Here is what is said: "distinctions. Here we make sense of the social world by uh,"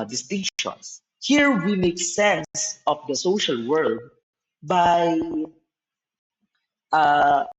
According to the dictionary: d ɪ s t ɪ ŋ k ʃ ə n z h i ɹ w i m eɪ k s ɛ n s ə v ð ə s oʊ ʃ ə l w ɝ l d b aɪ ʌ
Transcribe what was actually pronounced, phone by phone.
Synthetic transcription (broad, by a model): d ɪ s t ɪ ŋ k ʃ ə n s h i ɹ w i m eɪ k s ɛ n s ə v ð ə s oʊ ʃ ə l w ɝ d b aɪ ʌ